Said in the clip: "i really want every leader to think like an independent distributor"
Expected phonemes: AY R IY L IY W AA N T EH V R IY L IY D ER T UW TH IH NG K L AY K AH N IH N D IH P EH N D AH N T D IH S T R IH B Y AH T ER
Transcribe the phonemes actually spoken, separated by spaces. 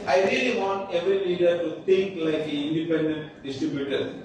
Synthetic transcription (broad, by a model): AY R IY L IY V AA N T EH V R IY L IY D ER T UW T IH NG K L AY K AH IH N D IH P EH N D AH N T D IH S T R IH B Y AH T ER